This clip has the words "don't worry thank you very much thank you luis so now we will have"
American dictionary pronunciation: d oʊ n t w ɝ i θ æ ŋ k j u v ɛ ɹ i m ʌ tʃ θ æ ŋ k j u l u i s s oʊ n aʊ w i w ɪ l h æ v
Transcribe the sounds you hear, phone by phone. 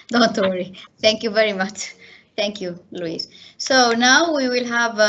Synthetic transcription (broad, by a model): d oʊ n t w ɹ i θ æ ŋ k j u v ɛ ɹ i m ʌ tʃ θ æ ŋ k j u l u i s s oʊ n aʊ w i w ɪ l h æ v